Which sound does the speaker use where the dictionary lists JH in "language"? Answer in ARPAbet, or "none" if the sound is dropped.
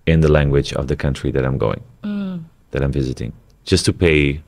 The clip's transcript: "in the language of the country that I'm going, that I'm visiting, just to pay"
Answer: JH